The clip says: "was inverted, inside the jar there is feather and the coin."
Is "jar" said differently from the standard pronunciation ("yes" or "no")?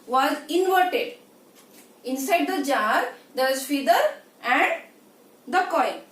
no